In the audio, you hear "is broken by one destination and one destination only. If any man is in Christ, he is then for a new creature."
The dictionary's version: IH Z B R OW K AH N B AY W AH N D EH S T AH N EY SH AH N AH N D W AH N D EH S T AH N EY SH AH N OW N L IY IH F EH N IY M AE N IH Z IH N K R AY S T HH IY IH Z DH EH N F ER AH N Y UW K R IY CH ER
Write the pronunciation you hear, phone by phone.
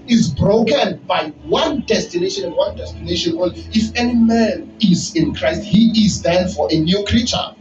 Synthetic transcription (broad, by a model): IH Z B R OW K AH N B AY W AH N D EH S T AH N EY SH AH N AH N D W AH N D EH S T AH N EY SH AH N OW L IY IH F EH N IY M AE N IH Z IH N K R AY S T HH IY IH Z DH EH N F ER AH N Y UW K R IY CH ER